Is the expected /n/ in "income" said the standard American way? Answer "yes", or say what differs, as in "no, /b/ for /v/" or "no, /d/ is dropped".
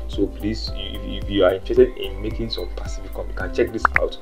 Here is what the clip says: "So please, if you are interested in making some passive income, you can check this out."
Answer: no, /n/ is dropped